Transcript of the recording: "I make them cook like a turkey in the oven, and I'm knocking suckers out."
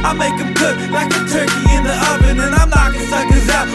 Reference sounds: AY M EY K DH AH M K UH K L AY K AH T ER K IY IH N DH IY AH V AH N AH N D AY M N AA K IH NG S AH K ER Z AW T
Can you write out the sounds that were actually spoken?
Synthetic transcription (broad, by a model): AY M EY K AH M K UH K L AY K AH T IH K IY IH N DH IY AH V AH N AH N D AY M L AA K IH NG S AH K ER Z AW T